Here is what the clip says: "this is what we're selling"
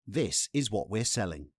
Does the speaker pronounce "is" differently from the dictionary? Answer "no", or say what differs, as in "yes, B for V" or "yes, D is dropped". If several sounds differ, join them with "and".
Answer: no